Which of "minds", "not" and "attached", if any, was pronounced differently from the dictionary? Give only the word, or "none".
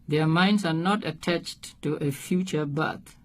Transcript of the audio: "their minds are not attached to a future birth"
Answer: minds